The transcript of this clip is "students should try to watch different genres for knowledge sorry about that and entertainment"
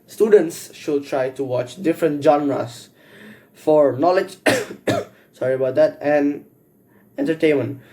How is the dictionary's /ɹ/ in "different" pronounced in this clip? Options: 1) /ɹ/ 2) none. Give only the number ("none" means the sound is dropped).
1